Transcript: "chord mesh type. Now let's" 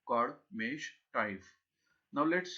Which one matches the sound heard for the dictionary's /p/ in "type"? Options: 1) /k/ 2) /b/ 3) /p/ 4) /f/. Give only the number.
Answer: 4